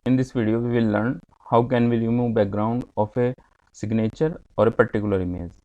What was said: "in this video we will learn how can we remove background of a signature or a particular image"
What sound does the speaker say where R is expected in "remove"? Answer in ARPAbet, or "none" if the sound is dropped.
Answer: L